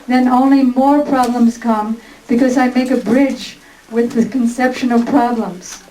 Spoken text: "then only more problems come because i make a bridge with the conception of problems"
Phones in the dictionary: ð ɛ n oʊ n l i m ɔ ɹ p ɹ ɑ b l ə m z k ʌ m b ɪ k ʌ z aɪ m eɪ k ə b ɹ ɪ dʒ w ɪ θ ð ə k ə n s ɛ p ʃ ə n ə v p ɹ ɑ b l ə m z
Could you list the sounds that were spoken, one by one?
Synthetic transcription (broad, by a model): ð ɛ n oʊ n l i m ɔ ɹ p ɹ ɑ b l ə m z k ʌ m b ɪ k ʌ z aɪ m eɪ k ə b ɹ ɪ dʒ w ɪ ð ə k ə n s ɛ p ʃ ə n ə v p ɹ ɑ b l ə m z